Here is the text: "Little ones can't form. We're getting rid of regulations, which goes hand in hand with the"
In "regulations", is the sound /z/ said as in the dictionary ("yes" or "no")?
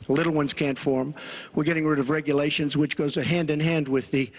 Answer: yes